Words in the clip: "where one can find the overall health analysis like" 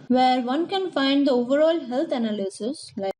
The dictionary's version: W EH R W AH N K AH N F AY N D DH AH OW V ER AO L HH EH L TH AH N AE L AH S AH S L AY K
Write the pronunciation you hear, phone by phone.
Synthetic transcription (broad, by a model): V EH R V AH N K AH N F AY N D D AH OW V ER AO L HH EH L T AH N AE L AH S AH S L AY